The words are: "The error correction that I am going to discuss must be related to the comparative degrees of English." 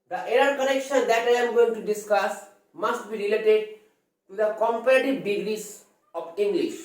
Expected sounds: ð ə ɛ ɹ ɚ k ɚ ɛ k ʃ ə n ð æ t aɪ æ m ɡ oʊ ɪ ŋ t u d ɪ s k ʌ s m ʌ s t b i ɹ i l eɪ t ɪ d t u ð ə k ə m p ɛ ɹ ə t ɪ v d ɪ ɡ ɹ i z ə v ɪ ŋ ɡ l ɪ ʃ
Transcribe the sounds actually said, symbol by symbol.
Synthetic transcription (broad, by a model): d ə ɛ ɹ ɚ k ɚ ɛ k ʃ ə n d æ t aɪ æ m ɡ oʊ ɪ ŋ t u d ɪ s k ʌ s m ʌ s t b i ɹ i l eɪ t ɪ d t u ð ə k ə m p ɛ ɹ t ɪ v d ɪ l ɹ i s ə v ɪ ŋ ɡ l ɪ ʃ